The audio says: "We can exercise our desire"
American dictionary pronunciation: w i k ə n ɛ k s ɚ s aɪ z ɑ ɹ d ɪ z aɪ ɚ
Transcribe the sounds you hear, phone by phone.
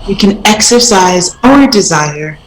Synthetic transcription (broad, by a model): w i k ə n ɛ k s ɚ s aɪ z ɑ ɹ d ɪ z aɪ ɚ